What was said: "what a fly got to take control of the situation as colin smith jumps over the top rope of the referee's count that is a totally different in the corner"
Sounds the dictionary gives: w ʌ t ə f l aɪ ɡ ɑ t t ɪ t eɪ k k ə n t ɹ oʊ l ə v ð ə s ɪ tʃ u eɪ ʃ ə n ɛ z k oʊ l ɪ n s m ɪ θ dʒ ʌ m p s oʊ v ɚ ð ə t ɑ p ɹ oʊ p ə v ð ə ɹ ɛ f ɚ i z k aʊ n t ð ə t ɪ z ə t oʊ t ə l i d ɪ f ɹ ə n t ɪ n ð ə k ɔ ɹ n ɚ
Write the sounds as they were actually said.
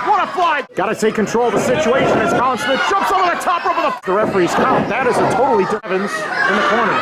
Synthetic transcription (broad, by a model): w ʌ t ə f l aɪ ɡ ɑ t t ɪ t eɪ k k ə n t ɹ oʊ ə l ð ə s ɪ tʃ u eɪ ʃ ə n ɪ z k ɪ n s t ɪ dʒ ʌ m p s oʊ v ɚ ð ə t ɑ p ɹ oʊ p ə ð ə ɹ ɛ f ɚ i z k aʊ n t ð ə t ɪ z ə t oʊ t l i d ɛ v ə n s ɪ n ð ə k ɔ ɹ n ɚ